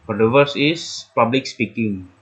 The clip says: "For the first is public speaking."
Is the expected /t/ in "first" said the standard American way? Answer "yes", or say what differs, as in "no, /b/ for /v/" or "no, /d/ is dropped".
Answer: no, /t/ is dropped